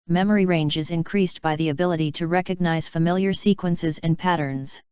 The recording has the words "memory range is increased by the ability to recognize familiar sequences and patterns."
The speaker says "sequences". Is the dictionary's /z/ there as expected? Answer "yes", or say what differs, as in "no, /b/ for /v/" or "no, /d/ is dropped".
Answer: yes